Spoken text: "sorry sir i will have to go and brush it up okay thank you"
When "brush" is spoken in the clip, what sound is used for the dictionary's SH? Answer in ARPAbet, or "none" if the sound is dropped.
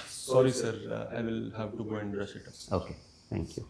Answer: S